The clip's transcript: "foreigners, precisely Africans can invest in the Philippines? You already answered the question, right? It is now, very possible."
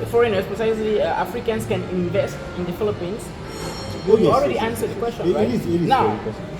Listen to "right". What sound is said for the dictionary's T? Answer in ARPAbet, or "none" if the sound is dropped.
none